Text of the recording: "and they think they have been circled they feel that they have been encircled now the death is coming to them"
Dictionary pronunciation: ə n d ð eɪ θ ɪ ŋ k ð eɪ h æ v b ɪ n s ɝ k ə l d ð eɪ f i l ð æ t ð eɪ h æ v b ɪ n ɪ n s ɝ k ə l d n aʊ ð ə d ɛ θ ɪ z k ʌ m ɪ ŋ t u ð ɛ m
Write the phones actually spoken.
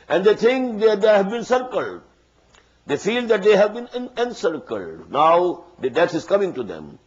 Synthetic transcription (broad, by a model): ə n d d eɪ t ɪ ŋ k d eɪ h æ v b ɪ n s ɝ k ə l d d eɪ f i l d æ t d eɪ h æ v b ɪ n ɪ n s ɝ k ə l d n aʊ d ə d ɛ t ɪ z k ʌ m ɪ ŋ t u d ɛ m